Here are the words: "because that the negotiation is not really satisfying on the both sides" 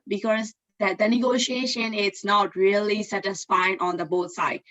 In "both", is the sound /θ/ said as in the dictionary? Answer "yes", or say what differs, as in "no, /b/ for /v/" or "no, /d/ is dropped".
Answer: no, /t/ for /θ/